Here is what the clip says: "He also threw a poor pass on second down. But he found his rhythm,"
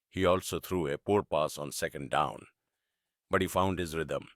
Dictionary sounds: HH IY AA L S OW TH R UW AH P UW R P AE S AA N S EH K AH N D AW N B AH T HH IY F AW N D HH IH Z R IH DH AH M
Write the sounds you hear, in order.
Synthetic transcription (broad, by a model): HH IY AA L S OW T R UW AH P UW R P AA S AA N S EH K AH N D AW N B AH T HH IY F AW N D HH IH Z R IH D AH M